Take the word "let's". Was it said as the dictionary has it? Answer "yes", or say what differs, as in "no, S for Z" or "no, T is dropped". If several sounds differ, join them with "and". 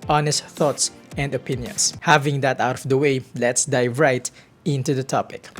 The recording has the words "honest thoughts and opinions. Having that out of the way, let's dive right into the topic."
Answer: yes